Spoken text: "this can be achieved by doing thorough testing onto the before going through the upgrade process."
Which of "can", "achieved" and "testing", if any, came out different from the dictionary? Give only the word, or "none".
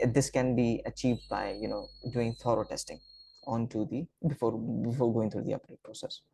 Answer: none